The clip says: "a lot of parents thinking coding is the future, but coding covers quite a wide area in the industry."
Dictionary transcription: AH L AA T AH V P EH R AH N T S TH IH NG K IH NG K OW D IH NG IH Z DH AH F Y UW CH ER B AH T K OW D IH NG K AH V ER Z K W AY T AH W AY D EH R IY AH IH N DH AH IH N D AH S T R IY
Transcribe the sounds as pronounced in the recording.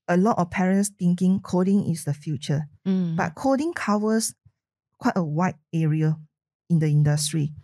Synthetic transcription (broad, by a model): AH L AA T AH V P EH R AH N T S T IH NG K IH NG K OW D IH NG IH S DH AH F Y UW CH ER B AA T K OW D IH NG K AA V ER S K W AY T AH W AY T EH R IY AH IH N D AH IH N D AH S T R IY